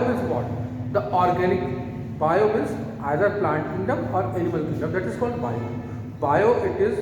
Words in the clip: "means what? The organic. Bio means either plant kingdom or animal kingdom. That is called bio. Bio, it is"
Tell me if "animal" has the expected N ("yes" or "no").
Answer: no